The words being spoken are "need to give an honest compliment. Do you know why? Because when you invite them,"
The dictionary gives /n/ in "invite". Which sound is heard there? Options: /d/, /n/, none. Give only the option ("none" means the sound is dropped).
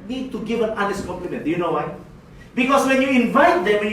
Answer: /n/